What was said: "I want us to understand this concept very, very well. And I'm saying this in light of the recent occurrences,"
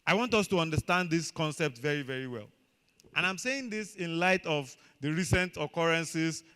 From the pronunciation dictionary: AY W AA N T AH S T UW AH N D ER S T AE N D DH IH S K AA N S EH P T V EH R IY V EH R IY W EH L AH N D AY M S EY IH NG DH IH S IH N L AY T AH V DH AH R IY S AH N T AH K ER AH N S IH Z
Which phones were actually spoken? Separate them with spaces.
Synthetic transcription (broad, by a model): AY W AA N T AH S T UW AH N D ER S T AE N D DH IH S K AA N S EH P T V EH R IY V EH R IY W EH L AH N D AY M S EY IH NG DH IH S IH N L AY T AH V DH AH R IY S AH N T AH K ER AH N S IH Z